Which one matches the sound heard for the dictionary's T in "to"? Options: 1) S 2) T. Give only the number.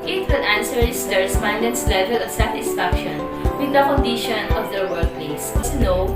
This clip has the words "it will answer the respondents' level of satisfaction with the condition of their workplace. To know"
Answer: 1